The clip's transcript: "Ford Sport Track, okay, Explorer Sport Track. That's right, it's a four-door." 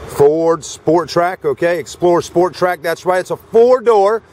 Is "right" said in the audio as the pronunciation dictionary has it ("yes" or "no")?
no